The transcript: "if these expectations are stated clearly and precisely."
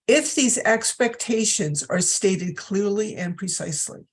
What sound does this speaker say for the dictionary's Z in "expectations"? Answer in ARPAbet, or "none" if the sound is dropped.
Z